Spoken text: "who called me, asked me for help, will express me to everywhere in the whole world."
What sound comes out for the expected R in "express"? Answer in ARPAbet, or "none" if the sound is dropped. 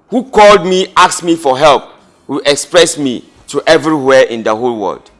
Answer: R